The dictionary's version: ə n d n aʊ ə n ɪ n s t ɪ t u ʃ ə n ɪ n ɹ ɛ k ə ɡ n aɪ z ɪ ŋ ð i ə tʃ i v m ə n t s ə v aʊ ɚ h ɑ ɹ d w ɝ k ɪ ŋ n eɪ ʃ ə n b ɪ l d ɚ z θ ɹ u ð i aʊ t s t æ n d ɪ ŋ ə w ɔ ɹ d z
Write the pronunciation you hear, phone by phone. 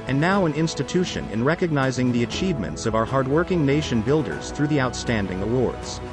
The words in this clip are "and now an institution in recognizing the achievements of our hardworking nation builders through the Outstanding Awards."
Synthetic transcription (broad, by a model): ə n n aʊ ə n ɪ n s t ɪ t u ʃ ə n ɪ n ɹ ɛ k ə ɡ n aɪ z ɪ ŋ ð i ə tʃ i v m ə n t s ə v aʊ ɚ h ɑ ɹ d w ɝ k ɪ ŋ n eɪ ʃ ə n b ɪ l d ɚ z θ ɹ u ð i aʊ t s t æ n d ɪ ŋ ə w ɔ ɹ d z